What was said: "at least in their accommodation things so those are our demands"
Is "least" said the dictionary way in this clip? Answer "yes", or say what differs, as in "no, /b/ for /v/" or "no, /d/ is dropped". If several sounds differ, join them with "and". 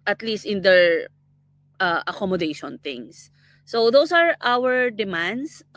yes